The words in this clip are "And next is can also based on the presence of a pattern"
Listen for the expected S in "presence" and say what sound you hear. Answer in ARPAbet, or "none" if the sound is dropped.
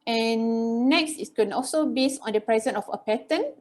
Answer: none